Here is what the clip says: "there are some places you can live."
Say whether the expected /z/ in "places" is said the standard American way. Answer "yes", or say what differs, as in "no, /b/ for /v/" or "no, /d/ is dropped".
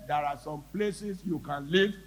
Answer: no, /s/ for /z/